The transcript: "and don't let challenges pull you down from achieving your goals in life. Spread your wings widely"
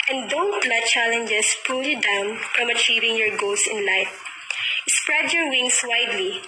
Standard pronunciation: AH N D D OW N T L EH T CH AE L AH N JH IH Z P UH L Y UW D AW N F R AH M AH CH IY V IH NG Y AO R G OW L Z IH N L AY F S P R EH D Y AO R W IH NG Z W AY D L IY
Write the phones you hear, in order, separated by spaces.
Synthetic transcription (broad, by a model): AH N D D OW N T L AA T CH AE L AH N JH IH S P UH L Y UW D AW N F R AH M AH CH IY V IH NG Y AO R G OW L S IH N L AY F S P R EH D Y AO R W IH NG S W AY D L IY